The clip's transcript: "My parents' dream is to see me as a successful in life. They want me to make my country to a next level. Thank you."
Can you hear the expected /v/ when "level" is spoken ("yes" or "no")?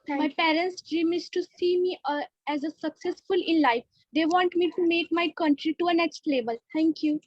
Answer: no